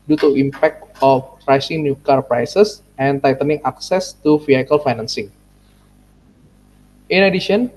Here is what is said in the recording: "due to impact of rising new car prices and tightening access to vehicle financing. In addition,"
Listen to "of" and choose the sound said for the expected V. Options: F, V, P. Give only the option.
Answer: P